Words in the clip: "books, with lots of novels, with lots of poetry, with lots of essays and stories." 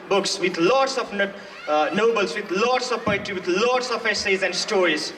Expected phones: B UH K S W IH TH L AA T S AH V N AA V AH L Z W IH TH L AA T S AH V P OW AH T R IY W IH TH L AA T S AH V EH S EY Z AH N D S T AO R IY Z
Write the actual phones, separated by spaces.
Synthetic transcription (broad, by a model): B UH K S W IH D L AA T S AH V N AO B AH L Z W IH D L AA T S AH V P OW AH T IY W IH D L AA T S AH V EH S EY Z AH N D S T AO R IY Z